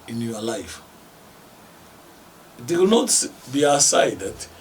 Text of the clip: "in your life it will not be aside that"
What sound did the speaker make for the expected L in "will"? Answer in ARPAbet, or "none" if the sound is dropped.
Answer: W